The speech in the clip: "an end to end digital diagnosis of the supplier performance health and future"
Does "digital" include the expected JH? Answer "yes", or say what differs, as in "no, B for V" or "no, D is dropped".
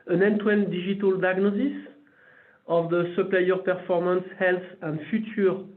no, ZH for JH